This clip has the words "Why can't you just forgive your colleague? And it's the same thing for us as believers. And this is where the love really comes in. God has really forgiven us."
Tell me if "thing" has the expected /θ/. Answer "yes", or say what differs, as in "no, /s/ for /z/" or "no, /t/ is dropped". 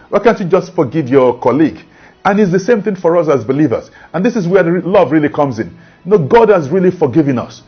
yes